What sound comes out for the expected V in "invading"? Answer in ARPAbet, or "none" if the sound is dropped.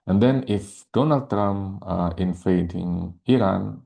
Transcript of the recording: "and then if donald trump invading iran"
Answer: F